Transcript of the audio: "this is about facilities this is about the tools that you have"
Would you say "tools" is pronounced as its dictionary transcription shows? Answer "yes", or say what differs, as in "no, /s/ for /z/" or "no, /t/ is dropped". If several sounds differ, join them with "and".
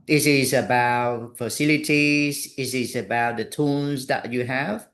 no, /n/ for /l/